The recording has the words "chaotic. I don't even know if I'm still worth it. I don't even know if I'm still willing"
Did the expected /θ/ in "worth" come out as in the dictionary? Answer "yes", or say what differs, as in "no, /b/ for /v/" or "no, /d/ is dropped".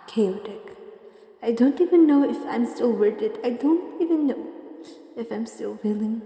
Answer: no, /t/ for /θ/